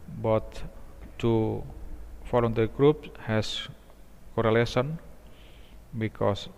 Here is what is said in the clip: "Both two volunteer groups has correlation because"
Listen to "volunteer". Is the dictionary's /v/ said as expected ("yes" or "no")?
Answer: no